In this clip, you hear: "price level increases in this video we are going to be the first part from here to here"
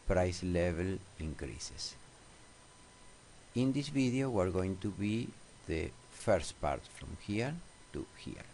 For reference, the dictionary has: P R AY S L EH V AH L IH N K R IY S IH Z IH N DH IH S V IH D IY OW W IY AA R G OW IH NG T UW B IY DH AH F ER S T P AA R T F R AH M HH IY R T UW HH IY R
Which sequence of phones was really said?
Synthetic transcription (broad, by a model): P R AY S L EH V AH L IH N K R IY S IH S IH N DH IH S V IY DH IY OW W IY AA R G OW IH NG T UW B IY DH AH F ER S T P AA R T F R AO M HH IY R T UW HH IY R